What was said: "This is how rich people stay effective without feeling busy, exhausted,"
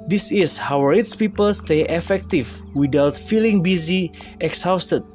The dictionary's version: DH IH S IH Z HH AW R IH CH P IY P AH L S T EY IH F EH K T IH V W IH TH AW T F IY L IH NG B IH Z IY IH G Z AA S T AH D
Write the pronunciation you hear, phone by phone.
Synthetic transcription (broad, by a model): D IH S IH S HH AW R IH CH P IY P AH L S T EY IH F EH K T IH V W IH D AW T F IY L IH NG B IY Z IY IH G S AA S T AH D